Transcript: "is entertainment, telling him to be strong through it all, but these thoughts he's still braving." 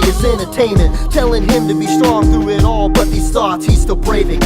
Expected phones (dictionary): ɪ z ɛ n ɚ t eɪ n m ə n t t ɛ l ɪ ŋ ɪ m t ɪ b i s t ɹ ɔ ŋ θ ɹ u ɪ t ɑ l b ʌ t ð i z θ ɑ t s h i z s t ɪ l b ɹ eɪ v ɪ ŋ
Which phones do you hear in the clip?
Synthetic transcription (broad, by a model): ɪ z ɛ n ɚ t eɪ n m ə n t t ɛ l ɪ ŋ ɪ m t ɪ b i s t ɹ ɔ ŋ θ ɹ u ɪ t ɑ l b ʌ t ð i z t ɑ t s h i z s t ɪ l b ɹ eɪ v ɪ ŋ